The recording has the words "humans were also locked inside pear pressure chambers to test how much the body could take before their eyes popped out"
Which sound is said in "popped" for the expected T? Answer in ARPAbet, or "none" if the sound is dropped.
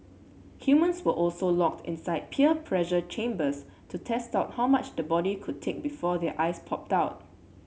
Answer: T